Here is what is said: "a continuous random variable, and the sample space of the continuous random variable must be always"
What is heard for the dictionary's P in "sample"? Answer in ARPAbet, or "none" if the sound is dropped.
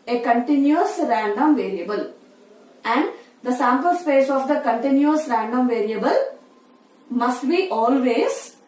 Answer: P